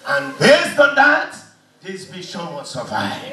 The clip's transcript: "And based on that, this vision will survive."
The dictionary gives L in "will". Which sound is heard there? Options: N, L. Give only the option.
N